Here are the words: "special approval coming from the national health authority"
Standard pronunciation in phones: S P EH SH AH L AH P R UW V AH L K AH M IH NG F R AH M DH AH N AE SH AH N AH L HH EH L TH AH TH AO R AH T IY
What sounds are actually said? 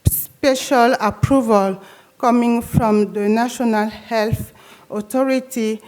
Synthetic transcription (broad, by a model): S P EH SH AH L AH P R UW V AH L K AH M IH NG F R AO M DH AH N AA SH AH N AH L HH EH L TH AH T AO R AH T IY